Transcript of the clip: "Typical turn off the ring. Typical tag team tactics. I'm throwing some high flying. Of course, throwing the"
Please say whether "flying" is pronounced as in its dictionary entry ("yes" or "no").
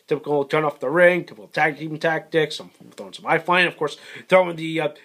no